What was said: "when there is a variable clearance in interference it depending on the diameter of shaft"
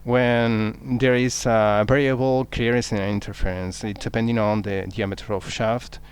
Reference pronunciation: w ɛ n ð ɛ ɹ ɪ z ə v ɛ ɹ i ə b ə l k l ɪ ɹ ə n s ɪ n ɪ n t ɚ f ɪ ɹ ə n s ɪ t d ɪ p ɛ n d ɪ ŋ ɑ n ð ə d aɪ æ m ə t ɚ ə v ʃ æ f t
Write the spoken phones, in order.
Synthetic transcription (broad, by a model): w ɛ n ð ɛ ɹ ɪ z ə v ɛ ɹ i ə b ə l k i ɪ ɹ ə s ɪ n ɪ n t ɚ f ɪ ɹ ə n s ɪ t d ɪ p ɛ n d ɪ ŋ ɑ n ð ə d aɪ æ m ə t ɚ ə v ʃ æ f t